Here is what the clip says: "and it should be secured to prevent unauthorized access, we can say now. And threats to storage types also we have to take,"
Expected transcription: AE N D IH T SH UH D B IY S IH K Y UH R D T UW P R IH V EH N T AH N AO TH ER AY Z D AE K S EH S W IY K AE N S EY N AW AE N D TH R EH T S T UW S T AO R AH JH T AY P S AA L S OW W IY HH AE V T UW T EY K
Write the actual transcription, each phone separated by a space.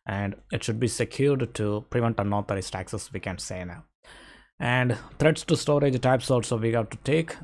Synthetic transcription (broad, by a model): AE N D IH T SH UH D B IY S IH K Y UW R D T UW P R IH V EH N T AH N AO T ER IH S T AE K S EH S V IY K AE N S EY N AW AE N D T R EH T S T UW S T AO R AH JH T AY P S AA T S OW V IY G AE T UW T EY K